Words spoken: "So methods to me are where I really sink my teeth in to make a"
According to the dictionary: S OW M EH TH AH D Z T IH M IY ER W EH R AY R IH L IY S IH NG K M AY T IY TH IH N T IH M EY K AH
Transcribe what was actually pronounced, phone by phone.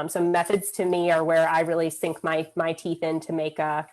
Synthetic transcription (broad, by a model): S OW M EH TH AH D Z T IH M IY ER W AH R AY R IH L IY S IH NG K M AY T IY TH IH N T IH M EY K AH